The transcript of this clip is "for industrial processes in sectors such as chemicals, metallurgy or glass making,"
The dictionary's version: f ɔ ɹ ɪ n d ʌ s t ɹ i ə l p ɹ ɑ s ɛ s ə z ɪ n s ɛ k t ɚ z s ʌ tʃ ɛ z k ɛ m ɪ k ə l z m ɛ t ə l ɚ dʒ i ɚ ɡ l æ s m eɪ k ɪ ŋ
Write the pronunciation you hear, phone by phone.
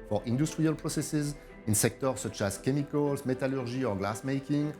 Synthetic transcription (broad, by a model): f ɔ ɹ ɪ n d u s t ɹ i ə l p ɹ ɑ s ɛ s ə z ɪ n s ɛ k t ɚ s ʌ tʃ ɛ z k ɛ m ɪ k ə l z m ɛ t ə l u ʒ i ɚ ɡ l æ s m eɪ k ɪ ŋ